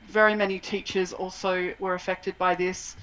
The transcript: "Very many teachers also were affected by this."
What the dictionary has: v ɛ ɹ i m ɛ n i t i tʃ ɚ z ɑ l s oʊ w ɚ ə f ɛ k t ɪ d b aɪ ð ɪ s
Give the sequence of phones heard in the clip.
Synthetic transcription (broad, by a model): v ɛ ɹ i m ɛ n i t i tʃ ɚ z ɑ l s oʊ w ɚ ə f ɛ k t ɪ d b aɪ ð ɪ s